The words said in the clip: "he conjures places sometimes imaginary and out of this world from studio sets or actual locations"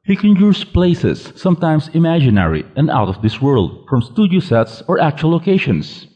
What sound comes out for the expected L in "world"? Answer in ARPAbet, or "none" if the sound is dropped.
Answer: L